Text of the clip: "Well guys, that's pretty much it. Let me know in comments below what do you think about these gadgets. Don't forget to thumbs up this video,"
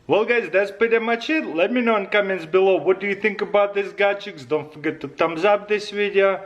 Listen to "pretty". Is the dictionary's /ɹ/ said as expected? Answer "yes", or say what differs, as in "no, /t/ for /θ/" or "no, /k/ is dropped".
no, /ɹ/ is dropped